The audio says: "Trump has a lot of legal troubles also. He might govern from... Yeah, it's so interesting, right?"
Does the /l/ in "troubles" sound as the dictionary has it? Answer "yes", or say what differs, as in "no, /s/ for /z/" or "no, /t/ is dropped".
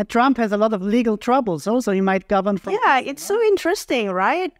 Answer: yes